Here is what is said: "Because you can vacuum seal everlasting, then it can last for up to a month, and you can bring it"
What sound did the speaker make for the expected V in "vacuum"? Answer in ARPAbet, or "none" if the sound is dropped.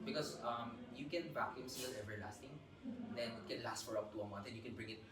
B